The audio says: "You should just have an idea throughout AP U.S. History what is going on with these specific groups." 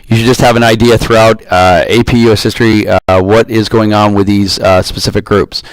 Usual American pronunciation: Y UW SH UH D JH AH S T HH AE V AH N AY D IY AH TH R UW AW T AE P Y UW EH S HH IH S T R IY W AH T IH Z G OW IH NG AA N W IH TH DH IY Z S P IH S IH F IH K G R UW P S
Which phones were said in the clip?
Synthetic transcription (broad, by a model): Y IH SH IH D JH AH S T HH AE V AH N AY D IY AH TH R UW AW T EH P Y UW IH S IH S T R IY W AH T IH Z G OW IH NG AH N W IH DH IY Z S P IH S IH F IH K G R UW P S